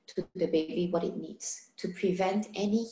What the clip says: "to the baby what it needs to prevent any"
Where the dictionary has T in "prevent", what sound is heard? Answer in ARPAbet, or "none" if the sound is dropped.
T